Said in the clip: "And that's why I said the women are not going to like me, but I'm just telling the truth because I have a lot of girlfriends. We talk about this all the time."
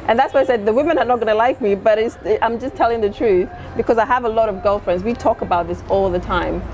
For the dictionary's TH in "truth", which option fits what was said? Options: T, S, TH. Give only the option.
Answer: TH